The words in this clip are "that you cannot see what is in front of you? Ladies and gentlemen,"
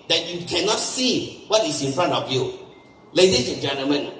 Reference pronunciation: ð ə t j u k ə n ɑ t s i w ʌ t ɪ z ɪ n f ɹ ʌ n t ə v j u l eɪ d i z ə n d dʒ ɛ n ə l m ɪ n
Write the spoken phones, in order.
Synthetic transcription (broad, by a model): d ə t j u k ə n ɑ t s i w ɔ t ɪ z ɪ n f ɹ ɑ n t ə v j u l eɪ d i s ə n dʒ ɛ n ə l m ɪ n